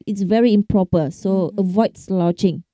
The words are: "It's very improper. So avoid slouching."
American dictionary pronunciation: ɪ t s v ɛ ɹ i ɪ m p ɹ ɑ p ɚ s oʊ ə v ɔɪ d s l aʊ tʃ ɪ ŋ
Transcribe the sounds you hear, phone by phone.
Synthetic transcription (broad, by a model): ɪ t s v ɛ ɹ i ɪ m p ɹ ɑ p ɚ s oʊ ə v ɔɪ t s l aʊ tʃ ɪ ŋ